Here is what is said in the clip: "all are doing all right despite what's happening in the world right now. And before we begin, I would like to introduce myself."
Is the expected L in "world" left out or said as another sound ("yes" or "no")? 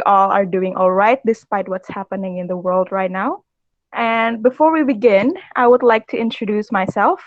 no